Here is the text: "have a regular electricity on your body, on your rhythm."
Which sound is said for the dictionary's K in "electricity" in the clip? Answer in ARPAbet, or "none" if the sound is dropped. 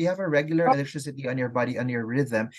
none